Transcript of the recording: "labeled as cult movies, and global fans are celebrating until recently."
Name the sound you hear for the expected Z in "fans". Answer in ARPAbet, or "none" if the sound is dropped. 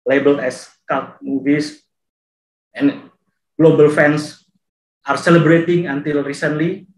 S